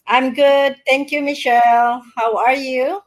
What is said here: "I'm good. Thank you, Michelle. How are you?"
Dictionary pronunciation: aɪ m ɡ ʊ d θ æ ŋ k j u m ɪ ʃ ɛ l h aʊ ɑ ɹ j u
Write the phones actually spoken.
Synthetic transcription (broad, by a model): aɪ m ɡ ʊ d t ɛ ŋ k j u m ɪ ʃ ɛ l h aʊ ɑ ɹ j u